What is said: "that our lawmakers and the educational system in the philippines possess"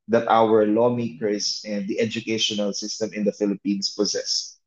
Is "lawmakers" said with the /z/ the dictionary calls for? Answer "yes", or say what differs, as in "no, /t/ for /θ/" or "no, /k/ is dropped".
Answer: no, /s/ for /z/